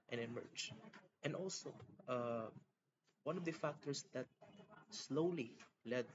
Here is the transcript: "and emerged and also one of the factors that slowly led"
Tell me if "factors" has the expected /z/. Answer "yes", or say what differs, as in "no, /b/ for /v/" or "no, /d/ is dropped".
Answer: no, /s/ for /z/